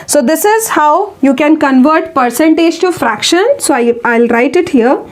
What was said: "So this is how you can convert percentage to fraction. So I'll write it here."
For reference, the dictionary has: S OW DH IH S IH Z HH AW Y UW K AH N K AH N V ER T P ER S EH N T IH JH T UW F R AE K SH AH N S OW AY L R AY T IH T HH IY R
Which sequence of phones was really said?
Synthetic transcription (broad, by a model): S OW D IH S IH Z HH AW Y UW K AH N K AH N V ER T P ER S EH N T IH JH T UW F R AE K SH AH N S OW AY L R AY T IH T HH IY R